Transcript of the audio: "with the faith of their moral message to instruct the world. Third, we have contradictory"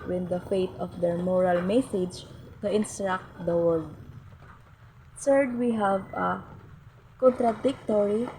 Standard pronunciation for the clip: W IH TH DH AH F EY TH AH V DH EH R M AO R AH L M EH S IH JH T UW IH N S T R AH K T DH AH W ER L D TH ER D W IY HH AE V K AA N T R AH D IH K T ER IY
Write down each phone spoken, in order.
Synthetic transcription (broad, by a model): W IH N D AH F EY T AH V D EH R M AO R AH L M EH S IH JH T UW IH N S T R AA K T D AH W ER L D S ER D W IY HH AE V K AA N T R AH D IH K T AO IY